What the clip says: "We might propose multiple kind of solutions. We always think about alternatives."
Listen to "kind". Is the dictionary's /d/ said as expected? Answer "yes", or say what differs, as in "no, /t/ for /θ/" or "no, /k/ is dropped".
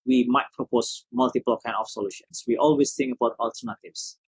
no, /d/ is dropped